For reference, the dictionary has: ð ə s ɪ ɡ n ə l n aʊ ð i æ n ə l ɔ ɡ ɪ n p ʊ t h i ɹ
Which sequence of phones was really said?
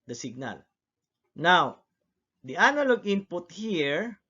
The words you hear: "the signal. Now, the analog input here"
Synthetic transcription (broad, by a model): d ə s ɪ ɡ n ə l n aʊ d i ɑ n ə l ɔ ɡ ɪ n p ʊ t h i ɹ